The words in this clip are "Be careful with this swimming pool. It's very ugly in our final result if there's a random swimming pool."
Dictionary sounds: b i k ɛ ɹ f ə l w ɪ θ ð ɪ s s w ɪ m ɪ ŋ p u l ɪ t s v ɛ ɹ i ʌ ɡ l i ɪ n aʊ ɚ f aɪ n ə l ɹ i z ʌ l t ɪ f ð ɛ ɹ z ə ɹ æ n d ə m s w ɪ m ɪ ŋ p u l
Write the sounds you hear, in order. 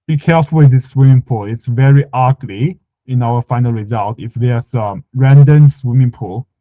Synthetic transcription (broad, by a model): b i k ɛ ɹ f ə l w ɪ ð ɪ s s w ɪ m ɪ ŋ p u l ɪ t s v ɛ ɹ i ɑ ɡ l i ɪ n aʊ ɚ f aɪ n ə l ɹ i z ʌ l t ɪ f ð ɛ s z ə ɹ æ n d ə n s w ɪ m ɪ ŋ p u l